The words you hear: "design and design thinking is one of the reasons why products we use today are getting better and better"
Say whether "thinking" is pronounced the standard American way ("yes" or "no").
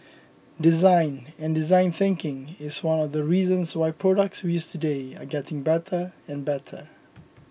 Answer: yes